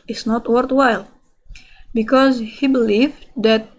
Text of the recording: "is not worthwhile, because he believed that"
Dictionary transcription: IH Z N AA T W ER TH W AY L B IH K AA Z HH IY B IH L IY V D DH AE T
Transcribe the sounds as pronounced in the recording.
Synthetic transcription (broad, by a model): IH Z N AA T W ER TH W AY L B IH K AA Z HH IY B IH L IY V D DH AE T